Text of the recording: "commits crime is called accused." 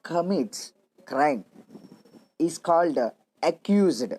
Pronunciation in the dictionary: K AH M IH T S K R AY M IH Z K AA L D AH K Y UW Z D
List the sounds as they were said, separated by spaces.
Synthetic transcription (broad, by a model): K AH M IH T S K R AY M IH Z K AA L D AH K Y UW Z D